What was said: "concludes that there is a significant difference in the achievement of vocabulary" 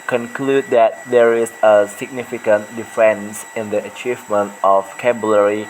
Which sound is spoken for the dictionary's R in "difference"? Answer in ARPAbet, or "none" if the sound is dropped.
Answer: none